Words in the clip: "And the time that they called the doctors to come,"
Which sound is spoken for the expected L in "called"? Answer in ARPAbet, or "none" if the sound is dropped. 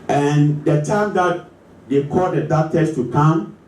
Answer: none